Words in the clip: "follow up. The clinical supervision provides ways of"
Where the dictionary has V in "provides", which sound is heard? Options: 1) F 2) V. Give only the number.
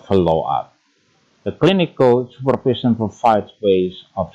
1